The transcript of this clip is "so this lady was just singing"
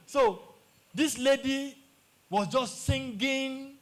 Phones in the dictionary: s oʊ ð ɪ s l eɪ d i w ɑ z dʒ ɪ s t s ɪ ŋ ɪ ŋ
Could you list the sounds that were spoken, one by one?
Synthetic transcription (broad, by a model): s oʊ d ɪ s l eɪ d i w ɑ s dʒ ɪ s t s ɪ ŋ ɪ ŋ